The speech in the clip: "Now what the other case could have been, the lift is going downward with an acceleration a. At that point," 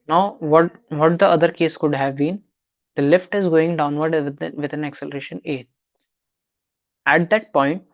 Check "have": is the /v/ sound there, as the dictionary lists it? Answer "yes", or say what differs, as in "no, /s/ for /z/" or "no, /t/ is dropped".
yes